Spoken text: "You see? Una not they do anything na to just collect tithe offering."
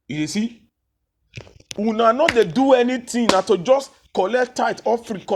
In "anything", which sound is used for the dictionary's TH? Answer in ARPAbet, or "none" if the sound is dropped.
T